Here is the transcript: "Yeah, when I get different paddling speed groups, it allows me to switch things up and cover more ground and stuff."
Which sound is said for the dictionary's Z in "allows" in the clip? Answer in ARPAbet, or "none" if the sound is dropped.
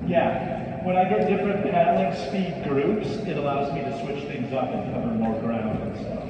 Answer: Z